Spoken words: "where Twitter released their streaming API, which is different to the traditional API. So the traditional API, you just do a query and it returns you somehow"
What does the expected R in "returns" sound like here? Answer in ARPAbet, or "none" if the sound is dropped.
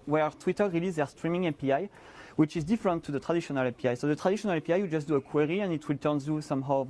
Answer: W